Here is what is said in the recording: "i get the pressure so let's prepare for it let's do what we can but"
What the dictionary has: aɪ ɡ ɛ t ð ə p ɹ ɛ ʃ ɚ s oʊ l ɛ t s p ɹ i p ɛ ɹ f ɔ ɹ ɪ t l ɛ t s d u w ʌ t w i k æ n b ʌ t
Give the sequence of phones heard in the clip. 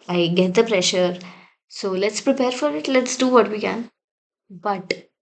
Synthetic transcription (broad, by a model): aɪ ɡ ɛ t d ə p ɹ ɛ ʃ ɚ s oʊ l ɛ t s p ɹ i p ɛ ɹ f ɔ ɹ ɪ t l ɛ t s d u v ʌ t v i k æ n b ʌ t